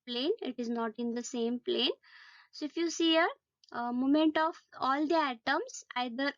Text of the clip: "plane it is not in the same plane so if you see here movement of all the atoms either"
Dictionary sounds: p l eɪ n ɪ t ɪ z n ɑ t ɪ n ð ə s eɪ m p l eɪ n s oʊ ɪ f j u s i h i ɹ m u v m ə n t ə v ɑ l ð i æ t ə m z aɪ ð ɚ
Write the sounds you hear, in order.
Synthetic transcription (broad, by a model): p l eɪ n ɪ t ɪ z n ɑ t ɪ n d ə s eɪ m p l eɪ n s oʊ ɪ f j u s i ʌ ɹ m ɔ m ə n t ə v ɑ l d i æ t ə m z aɪ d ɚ